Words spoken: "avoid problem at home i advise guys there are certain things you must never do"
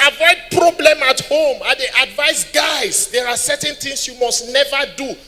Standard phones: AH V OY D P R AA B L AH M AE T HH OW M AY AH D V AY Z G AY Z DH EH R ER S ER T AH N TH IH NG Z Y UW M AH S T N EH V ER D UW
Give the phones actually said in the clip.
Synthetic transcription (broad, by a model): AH V OY D P R AA B L AH M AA T HH OW M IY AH D V AY S G AY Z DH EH R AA S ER T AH N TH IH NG S Y UW M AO S T N EH V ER D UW